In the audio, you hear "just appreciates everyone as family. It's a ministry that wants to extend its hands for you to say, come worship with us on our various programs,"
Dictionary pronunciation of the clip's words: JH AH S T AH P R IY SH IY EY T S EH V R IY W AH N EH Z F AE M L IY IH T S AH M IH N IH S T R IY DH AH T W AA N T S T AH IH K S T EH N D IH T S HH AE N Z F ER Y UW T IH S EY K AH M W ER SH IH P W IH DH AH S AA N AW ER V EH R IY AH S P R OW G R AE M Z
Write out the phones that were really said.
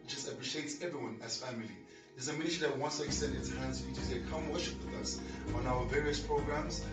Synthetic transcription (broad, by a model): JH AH S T AH P R IY SH IY EY T S EH V R IY W AH N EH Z F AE M L IY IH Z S AH M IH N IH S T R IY DH AH T W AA N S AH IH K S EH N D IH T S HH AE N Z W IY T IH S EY K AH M W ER SH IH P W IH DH AH S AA N AW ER V EH R IY AH S P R OW G R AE M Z